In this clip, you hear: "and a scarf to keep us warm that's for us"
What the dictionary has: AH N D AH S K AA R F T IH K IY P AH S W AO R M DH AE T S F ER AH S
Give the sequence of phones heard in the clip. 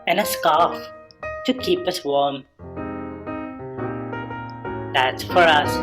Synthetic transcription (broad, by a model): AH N AH S K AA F T IH K IY P AH S W AO R M DH AE T S F ER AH S